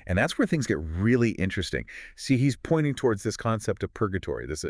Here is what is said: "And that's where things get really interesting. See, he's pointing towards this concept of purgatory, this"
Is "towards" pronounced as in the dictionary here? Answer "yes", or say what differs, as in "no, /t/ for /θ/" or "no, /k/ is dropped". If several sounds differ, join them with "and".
yes